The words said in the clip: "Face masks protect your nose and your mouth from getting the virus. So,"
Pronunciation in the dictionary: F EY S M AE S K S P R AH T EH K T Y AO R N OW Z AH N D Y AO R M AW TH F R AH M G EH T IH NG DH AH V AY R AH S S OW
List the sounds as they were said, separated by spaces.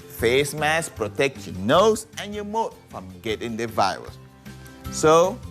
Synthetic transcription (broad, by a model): F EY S M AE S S P R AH T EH K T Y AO N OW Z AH N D Y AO M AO T F R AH M G EH T IH NG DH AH V AY R AH S S OW